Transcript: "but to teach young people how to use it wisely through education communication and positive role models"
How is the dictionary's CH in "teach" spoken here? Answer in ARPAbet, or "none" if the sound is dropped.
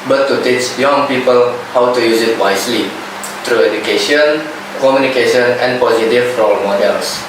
CH